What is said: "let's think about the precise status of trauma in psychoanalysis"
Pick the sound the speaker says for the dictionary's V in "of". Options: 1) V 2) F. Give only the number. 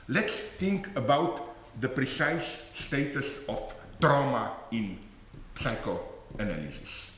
2